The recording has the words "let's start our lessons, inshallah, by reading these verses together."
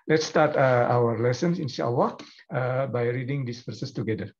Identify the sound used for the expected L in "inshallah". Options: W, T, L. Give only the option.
W